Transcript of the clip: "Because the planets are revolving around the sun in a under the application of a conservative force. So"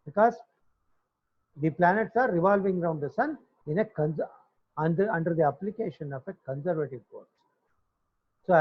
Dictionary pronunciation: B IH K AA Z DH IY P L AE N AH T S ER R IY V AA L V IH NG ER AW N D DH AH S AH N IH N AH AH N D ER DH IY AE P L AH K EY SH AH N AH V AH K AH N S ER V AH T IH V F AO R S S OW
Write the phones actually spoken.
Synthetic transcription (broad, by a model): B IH K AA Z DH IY P L AE N AH T S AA R IY V AA L V IH NG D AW N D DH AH S AH N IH N AH AH N D ER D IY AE P L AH K EY SH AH N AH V AH K AH N S ER V AH T IH V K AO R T S OW